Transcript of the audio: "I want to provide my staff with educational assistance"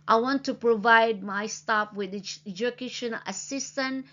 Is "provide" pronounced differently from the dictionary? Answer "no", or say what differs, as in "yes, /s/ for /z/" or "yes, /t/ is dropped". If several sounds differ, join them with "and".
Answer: no